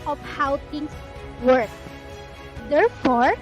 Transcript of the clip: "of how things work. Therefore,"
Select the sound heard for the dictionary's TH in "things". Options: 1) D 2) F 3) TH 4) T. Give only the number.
4